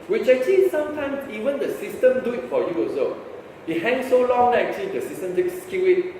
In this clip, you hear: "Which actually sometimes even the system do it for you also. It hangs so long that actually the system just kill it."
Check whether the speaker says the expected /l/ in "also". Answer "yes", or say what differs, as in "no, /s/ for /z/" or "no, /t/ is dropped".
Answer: no, /l/ is dropped